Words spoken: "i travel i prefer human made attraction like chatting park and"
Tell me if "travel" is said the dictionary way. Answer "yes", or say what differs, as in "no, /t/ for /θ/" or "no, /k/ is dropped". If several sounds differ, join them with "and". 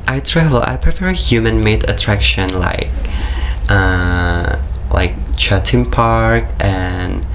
yes